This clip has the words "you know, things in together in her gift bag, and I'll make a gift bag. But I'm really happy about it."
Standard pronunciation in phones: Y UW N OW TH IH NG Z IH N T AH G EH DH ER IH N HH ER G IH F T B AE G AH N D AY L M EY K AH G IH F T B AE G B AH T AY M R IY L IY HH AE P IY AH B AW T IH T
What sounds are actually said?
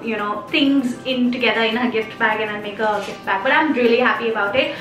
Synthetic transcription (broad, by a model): Y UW N OW T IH NG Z IH N T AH G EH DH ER IH N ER G IH F T B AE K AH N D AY N M EY K AH G IH F T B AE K B AH T AY M R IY L IY HH AE P IY AH B AW T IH T